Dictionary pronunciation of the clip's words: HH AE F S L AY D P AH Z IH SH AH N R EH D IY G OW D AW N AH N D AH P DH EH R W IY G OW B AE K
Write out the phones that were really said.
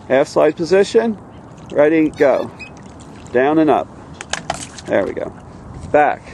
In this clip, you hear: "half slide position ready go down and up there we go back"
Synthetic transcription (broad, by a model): HH AE F S AY D P AH Z IH SH AH N R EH D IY G OW D AW N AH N AH P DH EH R W IY G OW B AE K